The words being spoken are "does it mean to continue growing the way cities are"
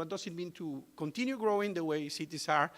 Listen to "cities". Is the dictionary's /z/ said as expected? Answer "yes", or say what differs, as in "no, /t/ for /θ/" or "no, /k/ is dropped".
no, /s/ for /z/